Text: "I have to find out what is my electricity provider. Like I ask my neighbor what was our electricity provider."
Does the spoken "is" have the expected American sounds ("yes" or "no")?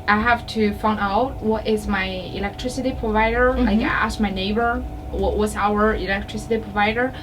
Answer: yes